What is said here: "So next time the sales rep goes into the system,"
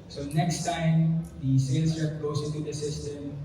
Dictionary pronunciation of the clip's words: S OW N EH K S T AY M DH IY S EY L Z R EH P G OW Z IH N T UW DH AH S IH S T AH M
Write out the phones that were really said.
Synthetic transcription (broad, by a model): S OW N EH K S T AY M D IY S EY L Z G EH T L OW S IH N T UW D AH S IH S T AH M